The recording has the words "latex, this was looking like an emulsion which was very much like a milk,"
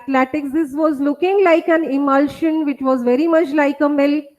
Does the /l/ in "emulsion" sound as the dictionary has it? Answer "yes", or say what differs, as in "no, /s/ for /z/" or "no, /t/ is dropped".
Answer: yes